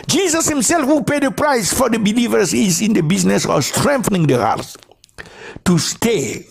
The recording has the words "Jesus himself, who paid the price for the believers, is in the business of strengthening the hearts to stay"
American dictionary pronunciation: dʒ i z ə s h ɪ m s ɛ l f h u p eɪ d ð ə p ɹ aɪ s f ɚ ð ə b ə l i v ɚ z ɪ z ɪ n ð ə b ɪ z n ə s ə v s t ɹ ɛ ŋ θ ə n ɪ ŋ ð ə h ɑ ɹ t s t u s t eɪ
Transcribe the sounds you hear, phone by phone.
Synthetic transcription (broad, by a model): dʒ i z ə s h ɪ m s ɛ l f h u p eɪ d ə p ɹ aɪ s f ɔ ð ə b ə l i v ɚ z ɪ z ɪ n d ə b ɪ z n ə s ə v s t ɹ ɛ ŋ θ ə n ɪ ŋ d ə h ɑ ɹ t t u s t eɪ